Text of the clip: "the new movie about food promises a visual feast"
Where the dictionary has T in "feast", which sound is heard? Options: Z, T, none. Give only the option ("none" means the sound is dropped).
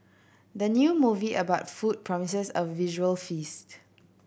T